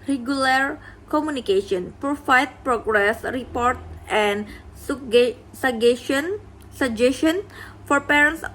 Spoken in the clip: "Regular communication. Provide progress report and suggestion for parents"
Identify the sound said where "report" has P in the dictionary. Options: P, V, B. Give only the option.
P